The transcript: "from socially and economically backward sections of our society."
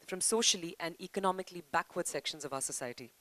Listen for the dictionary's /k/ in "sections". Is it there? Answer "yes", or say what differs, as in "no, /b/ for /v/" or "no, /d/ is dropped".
yes